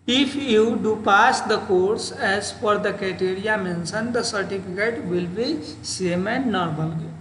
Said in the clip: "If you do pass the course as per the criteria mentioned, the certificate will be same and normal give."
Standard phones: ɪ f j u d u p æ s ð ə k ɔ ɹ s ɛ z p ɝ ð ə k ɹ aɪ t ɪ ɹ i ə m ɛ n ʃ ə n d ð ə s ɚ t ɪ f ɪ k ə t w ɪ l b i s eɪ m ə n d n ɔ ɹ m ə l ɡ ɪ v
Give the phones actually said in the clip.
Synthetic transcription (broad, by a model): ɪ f j u d u p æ s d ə k ɔ ɹ s ɛ z f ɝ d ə k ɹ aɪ t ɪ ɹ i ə m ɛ n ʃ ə n d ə s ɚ t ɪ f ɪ k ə t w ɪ l b i s eɪ m ə n d n ɔ ɹ m ə l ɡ